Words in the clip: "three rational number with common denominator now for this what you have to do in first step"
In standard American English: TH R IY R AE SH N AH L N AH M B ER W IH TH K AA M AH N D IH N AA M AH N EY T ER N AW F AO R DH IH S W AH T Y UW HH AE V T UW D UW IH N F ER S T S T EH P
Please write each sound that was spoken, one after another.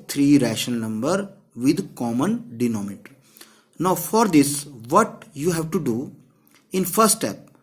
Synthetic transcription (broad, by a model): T R IY R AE SH AH N N AH M B ER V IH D K AA M AH N D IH N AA M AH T N AW F AO R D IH S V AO T Y UW HH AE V T UW D UW IH N F ER S T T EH P